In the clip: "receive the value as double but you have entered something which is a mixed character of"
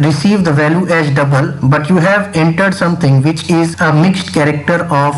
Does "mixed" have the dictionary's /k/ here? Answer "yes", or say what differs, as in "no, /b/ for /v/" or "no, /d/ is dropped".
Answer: yes